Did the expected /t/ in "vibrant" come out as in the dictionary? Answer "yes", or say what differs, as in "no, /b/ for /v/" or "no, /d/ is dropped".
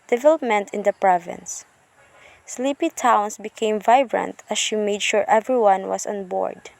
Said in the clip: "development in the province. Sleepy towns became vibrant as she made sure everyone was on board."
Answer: yes